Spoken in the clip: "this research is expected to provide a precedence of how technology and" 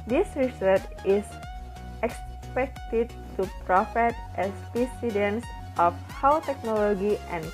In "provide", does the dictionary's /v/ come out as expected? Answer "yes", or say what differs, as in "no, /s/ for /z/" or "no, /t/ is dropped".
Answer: no, /f/ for /v/